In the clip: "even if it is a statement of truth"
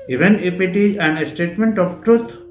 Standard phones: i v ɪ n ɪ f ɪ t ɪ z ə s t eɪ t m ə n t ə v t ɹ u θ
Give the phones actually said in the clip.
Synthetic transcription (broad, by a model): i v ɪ n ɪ p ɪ t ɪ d ə s t eɪ t m ə n t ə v t ɹ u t